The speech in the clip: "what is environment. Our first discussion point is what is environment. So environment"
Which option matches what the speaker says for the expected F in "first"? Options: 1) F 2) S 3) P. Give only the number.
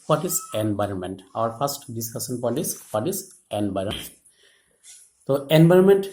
3